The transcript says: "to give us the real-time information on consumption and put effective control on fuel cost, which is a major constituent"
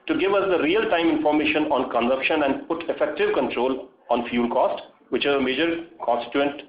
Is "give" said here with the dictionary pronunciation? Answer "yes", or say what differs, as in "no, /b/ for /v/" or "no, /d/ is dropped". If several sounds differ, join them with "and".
yes